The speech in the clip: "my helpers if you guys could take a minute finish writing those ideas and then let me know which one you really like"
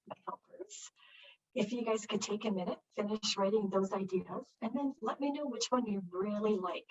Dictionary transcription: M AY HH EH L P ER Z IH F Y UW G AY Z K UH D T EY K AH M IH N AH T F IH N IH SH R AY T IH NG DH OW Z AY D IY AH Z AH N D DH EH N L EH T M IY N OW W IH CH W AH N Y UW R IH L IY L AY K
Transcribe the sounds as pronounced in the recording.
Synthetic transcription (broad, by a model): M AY HH EH L P ER Z IH F Y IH G AY Z K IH D T EY K AH M IH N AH T F IH N IH SH R AY T IH NG DH OW Z AY D IY AH Z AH N DH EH N L EH T M IY N OW W IH CH W AH N Y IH R IH L IY L AY K